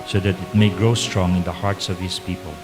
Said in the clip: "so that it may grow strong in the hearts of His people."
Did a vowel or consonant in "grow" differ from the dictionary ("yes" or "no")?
no